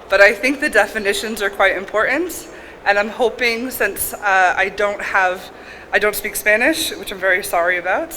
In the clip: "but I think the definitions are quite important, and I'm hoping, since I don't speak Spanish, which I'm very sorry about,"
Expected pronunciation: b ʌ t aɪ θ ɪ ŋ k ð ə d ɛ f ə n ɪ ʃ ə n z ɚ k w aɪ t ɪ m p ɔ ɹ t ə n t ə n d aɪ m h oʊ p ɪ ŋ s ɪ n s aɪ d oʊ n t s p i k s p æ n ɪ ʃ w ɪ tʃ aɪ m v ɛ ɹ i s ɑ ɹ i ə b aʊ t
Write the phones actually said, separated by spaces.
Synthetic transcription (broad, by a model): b ʌ t aɪ θ ɪ ŋ k ð ə d ɛ f ə n ɪ ʃ ə n z ɚ k w aɪ t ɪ m p ɔ ɹ t n t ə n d aɪ m h oʊ p ɪ ŋ s ɪ n s aɪ d oʊ n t s p i k s p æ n ɪ ʃ w ɪ tʃ aɪ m v ɛ ɹ i s ɑ ɹ i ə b aʊ t